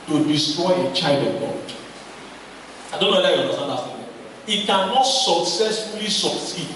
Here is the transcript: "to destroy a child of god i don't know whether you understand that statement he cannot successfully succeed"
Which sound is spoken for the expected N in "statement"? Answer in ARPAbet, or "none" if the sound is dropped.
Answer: none